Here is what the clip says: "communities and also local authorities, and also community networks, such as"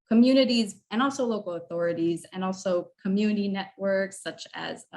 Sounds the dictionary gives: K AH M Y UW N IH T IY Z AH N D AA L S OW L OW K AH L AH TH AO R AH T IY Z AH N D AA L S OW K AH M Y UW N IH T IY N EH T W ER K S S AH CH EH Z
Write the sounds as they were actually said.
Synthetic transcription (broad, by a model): K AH M Y UW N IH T IY Z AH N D AA L S OW L OW K L AH TH AO R AH T IY Z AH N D AA L S OW K AH M Y UW N IH T IY N EH T W ER K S S AH CH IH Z